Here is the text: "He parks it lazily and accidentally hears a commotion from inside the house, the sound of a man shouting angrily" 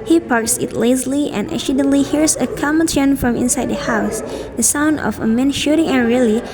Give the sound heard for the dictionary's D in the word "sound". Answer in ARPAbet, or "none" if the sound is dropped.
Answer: D